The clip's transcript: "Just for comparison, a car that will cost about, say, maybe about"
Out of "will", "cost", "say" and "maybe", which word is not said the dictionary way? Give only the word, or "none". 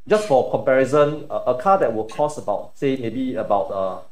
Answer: cost